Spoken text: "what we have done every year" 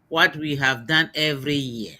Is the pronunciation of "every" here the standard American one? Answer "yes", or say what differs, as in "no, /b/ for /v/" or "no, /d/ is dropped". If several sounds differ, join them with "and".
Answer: yes